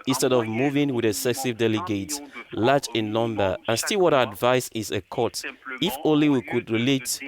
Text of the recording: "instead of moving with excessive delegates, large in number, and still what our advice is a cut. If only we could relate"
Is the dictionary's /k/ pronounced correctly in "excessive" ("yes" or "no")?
no